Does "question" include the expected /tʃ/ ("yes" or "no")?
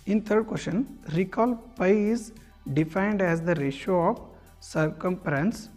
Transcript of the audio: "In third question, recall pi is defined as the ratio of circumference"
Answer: no